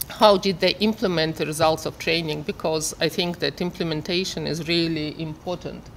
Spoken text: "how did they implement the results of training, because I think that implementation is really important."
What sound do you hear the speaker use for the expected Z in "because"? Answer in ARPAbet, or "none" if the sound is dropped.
Z